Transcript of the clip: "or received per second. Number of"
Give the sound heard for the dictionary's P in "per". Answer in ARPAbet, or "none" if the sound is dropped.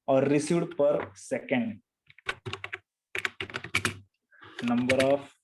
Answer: P